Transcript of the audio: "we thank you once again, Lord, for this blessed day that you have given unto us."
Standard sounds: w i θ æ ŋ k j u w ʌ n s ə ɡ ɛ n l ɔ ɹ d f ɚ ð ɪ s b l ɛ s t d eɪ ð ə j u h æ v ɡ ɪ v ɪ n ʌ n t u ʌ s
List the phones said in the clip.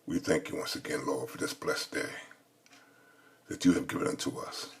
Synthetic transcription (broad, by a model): w i θ æ ŋ k j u w ʌ n s ə ɡ ɛ n l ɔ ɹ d f ɚ ð ɪ s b l ɛ s d eɪ ð ə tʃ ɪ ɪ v ɡ ɪ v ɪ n ʌ n t u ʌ s